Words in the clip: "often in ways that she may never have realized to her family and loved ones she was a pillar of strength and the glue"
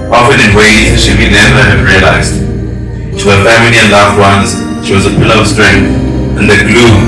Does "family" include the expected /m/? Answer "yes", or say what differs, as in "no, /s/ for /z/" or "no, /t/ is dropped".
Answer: yes